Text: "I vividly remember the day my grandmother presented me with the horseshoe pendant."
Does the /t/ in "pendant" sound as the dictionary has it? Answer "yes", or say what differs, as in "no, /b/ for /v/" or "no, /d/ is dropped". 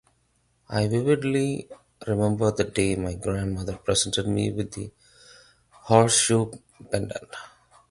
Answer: no, /t/ is dropped